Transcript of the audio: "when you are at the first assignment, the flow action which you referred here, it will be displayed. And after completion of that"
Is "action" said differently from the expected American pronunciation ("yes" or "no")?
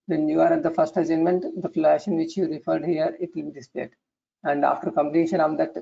yes